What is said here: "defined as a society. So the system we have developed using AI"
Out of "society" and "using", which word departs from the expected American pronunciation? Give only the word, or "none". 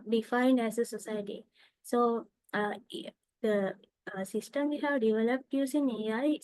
using